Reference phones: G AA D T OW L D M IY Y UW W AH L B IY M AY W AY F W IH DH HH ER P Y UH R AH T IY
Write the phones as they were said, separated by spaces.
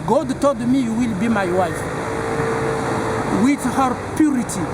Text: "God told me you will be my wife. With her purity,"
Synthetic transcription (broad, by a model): G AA D T OW L D M IY Y UW W AH L B IY M AY W AY F W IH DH HH ER P Y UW R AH T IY